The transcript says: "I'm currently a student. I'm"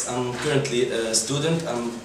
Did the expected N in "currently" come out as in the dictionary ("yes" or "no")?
yes